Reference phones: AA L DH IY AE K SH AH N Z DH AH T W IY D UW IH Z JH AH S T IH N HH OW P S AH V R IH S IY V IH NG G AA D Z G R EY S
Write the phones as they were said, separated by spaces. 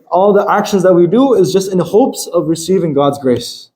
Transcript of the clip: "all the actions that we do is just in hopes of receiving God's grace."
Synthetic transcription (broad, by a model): AA L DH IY AE K SH AH N Z DH AH T W IY D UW IH Z JH AH S T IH N HH OW P S AH V R IH S IY V IH NG G AA D Z G R EY S